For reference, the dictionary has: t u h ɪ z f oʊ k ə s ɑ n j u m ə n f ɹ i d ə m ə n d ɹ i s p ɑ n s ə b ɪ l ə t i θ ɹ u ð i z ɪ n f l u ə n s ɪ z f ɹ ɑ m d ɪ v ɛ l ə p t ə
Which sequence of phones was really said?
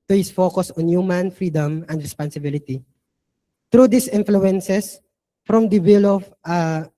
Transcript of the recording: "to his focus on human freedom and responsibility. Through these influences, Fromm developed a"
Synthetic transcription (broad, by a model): t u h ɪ s f oʊ k ə s ɑ n j u m ə n f ɹ i d ə m ə n d ɹ i s p ɑ n s ə b ɪ l ə t i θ ɹ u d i s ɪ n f l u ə n s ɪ s f ɹ ɑ m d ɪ w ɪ l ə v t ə